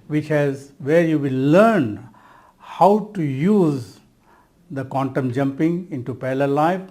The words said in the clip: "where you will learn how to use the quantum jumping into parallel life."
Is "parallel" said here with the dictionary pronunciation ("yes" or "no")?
no